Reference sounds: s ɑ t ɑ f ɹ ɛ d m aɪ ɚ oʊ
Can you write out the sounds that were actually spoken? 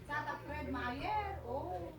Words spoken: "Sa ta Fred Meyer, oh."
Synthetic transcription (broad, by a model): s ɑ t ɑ p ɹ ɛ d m aɪ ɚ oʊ